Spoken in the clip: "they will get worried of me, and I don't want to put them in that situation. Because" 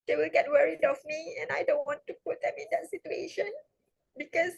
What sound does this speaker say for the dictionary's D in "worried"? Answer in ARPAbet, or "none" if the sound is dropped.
D